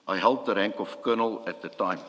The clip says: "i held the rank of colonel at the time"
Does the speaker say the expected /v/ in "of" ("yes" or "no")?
no